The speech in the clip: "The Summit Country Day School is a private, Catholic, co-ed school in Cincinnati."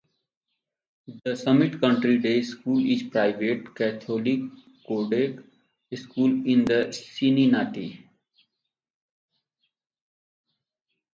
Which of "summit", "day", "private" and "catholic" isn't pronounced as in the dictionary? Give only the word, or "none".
catholic